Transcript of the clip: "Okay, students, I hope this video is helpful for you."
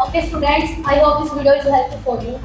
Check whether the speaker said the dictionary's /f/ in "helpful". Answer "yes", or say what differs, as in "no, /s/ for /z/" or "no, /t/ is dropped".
no, /f/ is dropped